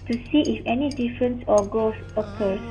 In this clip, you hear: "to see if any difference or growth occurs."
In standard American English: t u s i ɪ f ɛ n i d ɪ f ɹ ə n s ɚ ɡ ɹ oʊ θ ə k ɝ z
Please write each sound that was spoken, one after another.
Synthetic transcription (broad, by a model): t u s i ɪ f ɛ n i d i f ɹ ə n s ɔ ɡ oʊ s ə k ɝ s